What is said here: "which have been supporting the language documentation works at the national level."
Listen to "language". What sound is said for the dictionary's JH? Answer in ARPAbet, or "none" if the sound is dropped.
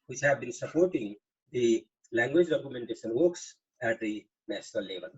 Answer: JH